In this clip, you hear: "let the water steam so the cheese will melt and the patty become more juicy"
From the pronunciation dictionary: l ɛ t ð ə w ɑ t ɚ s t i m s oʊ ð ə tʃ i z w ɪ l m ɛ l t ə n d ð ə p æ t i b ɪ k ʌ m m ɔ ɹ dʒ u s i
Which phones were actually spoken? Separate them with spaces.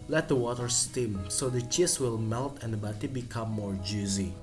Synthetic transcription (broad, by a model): l ɛ t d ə w ɑ t ɚ s t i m s oʊ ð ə tʃ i s w ɪ l m ɛ l t ə n d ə b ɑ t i b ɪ k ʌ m m ɔ ɹ dʒ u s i